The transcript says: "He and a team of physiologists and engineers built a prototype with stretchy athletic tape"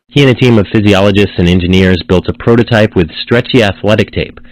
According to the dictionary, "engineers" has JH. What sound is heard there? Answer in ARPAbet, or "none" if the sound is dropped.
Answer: JH